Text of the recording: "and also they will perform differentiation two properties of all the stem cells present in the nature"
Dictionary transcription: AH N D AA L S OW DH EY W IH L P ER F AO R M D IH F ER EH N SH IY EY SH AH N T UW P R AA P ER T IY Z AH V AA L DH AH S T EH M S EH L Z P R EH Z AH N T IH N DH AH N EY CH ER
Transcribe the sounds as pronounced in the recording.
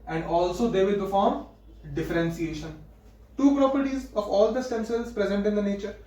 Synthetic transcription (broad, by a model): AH N D AA L S OW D EY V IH L P ER F AO R M D IH F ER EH N S IY EY SH AH N T UW P R AA P ER T IY Z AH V AA L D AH S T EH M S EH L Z P R EH Z AH N T IH N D AH N EY CH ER